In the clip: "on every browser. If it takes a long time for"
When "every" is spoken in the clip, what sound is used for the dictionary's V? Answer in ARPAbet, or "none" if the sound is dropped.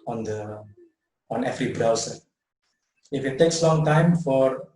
F